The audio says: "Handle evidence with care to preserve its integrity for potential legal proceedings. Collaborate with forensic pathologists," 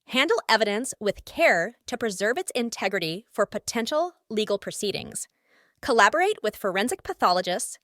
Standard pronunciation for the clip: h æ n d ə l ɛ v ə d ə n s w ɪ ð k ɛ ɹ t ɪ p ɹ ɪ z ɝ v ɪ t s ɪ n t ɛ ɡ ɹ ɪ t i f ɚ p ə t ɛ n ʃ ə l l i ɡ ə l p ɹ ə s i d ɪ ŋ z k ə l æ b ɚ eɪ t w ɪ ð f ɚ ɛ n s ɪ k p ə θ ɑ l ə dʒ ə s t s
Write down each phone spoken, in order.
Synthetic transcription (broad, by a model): h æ n d l ɛ v ə d ə n s w ɪ ð k ɛ ɹ t ɪ p ɹ ɪ z ɝ v ɪ t s ɪ n t ɛ ɡ ɹ ɪ t i f ɚ p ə t ɛ n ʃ l l i ɡ l p ɹ ə s i d ɪ ŋ z k ə l æ b ɚ eɪ t w ɪ ð f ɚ ɛ n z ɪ k p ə θ ɑ l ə dʒ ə s t s